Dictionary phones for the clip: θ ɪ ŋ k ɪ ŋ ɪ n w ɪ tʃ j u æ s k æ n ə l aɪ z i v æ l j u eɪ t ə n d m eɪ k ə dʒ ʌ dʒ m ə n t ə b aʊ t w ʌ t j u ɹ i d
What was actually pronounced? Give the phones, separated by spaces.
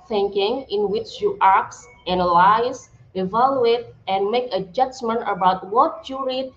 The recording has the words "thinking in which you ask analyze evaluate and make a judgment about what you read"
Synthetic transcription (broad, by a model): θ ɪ ŋ k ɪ ŋ ɪ n w ɪ tʃ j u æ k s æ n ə l aɪ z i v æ l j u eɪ t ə n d m eɪ k ə dʒ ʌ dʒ m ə n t ə b aʊ t w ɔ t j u ɹ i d